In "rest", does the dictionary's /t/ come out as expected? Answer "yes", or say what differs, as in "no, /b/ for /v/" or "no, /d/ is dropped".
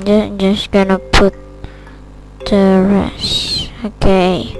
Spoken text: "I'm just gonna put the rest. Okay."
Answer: no, /t/ is dropped